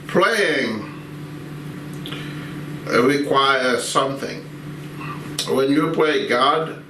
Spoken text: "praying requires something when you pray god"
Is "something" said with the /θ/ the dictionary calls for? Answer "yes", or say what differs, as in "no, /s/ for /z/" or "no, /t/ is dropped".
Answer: yes